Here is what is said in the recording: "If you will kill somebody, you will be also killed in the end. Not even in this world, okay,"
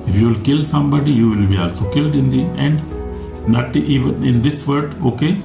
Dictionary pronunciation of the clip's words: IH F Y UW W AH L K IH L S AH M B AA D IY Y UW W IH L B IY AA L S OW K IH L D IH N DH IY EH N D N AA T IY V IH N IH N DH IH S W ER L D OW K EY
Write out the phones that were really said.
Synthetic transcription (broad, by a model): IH F Y UW L K IH L S AH M B AA D IY Y UW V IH L B IY AA L S OW K IH L D IH N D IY EH N D N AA T IY V IH N IH N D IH S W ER D OW K EY